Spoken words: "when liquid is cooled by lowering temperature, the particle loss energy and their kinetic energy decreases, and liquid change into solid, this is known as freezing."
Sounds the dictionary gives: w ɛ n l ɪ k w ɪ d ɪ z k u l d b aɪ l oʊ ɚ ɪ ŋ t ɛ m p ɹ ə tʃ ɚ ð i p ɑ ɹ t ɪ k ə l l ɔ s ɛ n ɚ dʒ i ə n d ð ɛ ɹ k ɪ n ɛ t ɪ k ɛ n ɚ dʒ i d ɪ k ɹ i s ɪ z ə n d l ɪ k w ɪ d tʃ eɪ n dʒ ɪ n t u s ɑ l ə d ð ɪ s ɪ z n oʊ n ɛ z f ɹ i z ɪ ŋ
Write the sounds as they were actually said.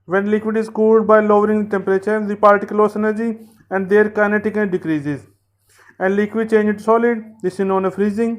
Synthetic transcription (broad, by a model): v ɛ n l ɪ k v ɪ d ɪ z k u l d b aɪ l oʊ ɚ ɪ ŋ t ɛ m p ɹ ə tʃ ɚ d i p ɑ ɹ t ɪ k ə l l ɔ s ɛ n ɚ dʒ i ə n d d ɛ ɹ k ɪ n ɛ t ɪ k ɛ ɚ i d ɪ k ɹ i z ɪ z ə n d l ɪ k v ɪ d tʃ eɪ n dʒ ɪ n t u s ɑ l ə d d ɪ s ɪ n oʊ n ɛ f ɹ i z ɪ ŋ